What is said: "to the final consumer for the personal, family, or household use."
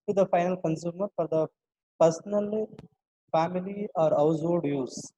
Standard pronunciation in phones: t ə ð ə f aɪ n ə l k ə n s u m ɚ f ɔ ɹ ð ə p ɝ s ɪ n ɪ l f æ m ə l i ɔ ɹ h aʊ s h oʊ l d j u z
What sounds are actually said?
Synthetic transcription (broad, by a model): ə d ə f aɪ n ə l k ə n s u m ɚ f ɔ ɹ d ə p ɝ s n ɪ l f æ m ə l i ɔ ɹ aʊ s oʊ d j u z